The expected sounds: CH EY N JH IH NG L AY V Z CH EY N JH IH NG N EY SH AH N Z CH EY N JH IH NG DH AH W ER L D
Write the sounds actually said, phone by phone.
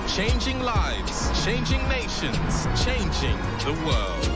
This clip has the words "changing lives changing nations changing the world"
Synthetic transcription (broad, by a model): CH EY N JH IH NG L AY V Z CH EY N JH IH NG N EY SH AH N Z CH EY N JH IH NG DH AH W ER L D